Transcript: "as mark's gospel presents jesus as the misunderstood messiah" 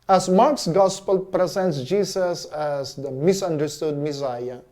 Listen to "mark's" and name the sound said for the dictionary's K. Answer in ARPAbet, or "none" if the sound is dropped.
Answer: K